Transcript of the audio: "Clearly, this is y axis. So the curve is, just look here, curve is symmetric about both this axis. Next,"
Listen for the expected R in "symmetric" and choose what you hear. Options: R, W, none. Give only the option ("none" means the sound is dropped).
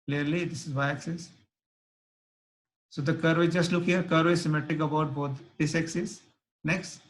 none